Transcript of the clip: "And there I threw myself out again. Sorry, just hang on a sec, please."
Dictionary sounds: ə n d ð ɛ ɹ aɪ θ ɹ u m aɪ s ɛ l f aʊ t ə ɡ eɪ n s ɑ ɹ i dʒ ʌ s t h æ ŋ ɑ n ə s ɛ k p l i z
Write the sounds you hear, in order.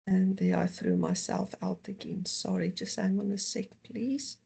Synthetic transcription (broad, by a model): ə n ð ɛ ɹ aɪ θ ɹ u m aɪ s ɛ l f aʊ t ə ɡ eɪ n s ɑ ɹ i dʒ ʌ s t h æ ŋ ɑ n ə s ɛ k p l i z